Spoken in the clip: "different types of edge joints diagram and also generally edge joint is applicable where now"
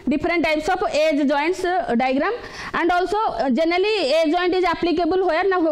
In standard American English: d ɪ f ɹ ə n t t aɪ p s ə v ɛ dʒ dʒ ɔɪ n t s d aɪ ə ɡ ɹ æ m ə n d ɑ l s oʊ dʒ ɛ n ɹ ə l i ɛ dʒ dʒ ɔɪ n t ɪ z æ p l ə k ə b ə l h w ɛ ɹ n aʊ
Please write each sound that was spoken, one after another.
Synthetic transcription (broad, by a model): d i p ɹ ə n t t aɪ p s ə p ɛ dʒ dʒ ɔɪ n t s d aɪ ɡ ɹ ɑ m ə n d ɑ l s oʊ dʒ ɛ n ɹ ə l i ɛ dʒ dʒ ɔɪ n t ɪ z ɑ p l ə k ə b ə l h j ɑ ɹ n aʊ